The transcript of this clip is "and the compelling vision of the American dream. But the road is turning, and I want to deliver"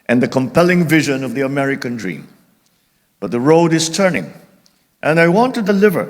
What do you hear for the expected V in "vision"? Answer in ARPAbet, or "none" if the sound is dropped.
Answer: V